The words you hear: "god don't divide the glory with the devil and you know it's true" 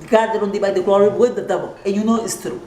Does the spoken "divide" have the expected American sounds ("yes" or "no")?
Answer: no